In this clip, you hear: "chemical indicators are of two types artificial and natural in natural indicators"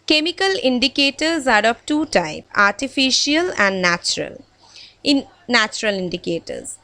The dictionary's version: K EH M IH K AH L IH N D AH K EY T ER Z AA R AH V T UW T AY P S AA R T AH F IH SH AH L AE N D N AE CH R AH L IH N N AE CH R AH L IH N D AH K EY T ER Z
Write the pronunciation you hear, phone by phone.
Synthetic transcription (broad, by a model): K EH M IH K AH L IH N D AH K EY T ER Z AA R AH P T UW T AY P AA R T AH F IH SH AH L AE N D N AE CH R AH L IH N N AE CH R AH L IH N D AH K EY T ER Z